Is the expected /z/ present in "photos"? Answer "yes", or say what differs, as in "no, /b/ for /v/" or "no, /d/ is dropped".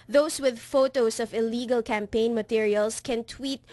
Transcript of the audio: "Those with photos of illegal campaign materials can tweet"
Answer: no, /s/ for /z/